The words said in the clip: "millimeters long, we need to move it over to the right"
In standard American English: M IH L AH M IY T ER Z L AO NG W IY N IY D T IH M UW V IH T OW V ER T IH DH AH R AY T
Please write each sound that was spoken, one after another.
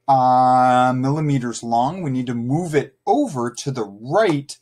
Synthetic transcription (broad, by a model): M IH L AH M IY T ER Z L AO NG W IY N IY D T IH M UW V IH T OW V ER T IH DH AH R AY T